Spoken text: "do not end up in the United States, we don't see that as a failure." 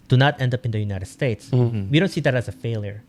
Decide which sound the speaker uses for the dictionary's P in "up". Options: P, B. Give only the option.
P